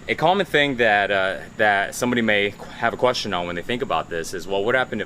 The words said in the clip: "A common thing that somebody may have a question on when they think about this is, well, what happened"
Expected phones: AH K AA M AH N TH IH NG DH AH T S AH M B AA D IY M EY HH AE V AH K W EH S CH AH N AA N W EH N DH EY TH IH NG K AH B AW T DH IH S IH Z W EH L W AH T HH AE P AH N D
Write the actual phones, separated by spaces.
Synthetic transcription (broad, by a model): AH K AA M AH N TH IH NG DH AH T S AH M B AA D IY M EY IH V AH K W EH S CH AH N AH N W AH N DH EY TH IH NG K AH B AW T DH IH S IH Z W EH L W AH T HH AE P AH N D